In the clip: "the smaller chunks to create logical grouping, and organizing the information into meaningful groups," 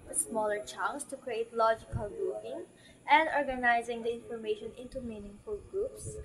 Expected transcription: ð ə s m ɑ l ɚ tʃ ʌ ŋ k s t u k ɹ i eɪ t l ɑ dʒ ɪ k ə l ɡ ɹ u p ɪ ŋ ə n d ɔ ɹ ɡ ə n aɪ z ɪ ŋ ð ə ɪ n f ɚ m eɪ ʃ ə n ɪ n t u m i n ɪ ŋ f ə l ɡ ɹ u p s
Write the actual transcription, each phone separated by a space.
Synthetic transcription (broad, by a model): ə s m ɑ l ɚ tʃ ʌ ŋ s t u k ɹ i eɪ t l ɑ dʒ ɪ k ə l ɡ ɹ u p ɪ ŋ ə n d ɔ ɹ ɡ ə n aɪ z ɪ ŋ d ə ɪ n f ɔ m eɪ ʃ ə n ɪ n t u m i n ɪ ŋ f ə l ɡ ɹ u p s